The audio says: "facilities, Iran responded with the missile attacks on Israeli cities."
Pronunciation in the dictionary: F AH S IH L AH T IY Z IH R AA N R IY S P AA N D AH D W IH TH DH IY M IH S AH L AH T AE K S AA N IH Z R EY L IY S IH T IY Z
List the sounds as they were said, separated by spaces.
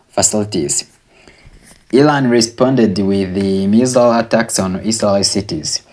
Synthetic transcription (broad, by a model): F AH S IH L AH T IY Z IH L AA N R IY S P AA N D AH D W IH DH IY M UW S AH L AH T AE K S AA N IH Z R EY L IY S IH T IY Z